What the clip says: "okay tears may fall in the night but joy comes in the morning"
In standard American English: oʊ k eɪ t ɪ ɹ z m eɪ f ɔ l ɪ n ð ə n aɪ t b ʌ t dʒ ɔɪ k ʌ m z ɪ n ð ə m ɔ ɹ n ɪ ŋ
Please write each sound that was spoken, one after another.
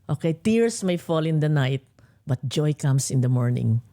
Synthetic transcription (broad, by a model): oʊ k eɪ t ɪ ɹ s m eɪ f ɔ l ɪ n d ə n aɪ t b ʌ t dʒ ɔɪ k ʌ m s ɪ n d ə m ɔ ɹ n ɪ ŋ